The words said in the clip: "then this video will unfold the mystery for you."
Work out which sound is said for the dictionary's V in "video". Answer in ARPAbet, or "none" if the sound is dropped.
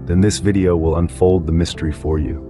V